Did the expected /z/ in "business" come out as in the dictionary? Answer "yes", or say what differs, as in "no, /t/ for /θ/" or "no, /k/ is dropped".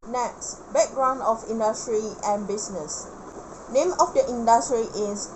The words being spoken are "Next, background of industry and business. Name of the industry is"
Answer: no, /s/ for /z/